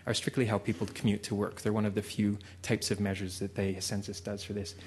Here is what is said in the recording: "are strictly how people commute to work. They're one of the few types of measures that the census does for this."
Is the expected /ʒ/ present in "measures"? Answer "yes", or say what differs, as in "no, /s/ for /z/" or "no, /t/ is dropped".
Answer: yes